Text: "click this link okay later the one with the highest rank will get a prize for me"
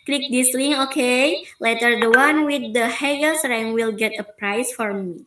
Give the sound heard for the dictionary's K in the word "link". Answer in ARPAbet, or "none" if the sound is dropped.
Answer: none